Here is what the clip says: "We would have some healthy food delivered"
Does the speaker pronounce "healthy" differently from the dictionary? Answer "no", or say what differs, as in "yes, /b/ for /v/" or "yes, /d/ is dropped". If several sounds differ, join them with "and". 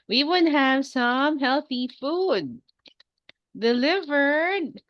no